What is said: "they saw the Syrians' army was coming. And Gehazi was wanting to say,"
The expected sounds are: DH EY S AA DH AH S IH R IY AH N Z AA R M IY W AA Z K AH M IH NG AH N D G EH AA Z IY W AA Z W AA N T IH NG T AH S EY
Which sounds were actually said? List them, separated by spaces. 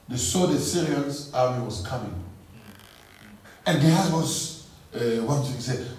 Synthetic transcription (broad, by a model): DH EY S AA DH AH S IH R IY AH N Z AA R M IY W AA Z K AH M IH NG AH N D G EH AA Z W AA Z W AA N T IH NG S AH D